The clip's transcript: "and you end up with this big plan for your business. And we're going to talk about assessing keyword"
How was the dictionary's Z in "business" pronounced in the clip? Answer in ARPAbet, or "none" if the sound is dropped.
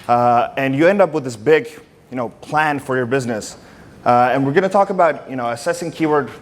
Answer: Z